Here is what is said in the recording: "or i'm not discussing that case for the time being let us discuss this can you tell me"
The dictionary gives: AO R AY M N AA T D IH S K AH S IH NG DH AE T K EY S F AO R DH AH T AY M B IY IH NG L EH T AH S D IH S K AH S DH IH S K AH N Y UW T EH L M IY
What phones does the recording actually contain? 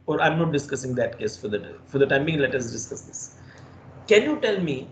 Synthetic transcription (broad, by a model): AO R AY M N AA T D IH S K AH S IH NG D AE T K EY S F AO R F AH T AY M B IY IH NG L EH T AH S D IH S K AH S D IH S K AH N Y UW T EH L M IY